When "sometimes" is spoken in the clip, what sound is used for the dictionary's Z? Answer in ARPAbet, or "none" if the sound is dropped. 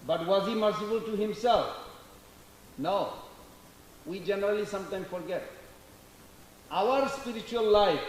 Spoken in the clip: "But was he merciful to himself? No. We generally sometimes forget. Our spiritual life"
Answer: none